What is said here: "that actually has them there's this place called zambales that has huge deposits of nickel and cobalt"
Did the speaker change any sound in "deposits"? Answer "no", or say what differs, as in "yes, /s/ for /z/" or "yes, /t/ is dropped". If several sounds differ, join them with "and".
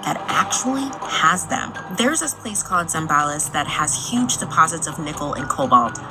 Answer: no